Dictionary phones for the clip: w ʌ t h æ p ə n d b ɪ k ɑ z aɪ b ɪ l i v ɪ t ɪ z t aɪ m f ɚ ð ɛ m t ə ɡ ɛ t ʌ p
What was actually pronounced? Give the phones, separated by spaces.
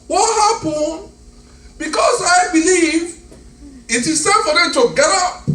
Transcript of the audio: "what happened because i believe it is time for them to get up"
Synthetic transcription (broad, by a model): w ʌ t h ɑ p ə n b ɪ k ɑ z aɪ b ɪ l i v ɪ t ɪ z s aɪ f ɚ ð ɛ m t ə ɡ ɛ t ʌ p